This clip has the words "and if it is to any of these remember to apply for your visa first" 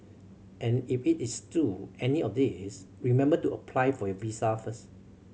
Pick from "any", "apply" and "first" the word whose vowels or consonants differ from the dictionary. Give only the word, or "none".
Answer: first